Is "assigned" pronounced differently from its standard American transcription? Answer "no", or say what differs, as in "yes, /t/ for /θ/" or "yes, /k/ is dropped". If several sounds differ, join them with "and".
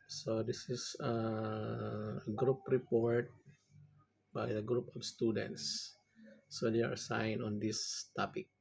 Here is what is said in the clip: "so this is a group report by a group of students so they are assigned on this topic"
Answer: yes, /d/ is dropped